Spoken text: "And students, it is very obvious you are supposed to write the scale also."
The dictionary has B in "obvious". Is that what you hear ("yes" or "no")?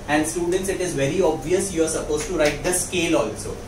yes